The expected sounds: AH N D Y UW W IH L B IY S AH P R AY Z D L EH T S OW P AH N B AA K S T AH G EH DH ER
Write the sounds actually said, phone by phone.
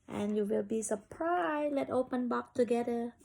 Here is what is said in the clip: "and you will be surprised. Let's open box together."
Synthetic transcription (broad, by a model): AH N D Y UW W IH L B IY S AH P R AY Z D L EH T OW P AH N B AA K T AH G EH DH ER